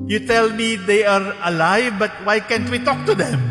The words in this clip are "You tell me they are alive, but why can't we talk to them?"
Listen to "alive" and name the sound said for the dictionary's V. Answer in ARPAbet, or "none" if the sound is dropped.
V